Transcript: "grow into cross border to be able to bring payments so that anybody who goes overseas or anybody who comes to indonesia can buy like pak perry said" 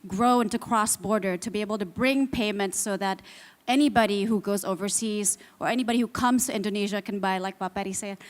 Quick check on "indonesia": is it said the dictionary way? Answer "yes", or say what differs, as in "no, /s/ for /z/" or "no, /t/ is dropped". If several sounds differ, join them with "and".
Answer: yes